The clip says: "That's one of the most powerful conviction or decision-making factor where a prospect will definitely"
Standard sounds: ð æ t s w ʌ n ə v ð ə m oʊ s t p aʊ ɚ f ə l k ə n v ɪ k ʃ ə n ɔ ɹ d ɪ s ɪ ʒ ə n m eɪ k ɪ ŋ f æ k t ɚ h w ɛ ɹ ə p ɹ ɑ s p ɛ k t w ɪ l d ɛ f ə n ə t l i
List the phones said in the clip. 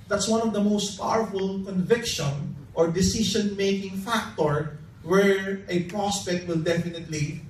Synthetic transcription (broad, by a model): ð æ t s w ʌ n ə v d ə m oʊ s t p aʊ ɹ f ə l k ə n v ɪ k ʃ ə n ɔ ɹ d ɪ s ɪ ʃ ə n m eɪ k ɪ ŋ f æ k t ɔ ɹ w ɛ ɹ ə p ɹ ɑ s p ɛ k t w ɪ l d ɛ f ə n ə t l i